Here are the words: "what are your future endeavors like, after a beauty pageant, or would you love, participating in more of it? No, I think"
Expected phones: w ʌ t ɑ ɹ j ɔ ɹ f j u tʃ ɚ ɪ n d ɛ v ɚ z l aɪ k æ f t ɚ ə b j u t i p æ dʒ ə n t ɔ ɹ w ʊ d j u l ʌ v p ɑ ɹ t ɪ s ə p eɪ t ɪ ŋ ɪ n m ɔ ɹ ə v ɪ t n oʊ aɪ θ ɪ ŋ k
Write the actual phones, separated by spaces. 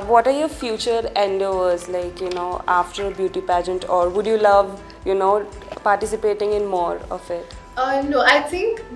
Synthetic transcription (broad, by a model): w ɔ t ɑ ɹ j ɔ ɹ f j u tʃ ɚ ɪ n d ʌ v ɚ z l aɪ k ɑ f t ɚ ə b j u t i p æ dʒ ə n t ɔ ɹ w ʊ d j u l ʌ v p ɑ ɹ t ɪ s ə p eɪ t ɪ ŋ ɪ n m ɔ ɹ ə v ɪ t n oʊ aɪ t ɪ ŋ k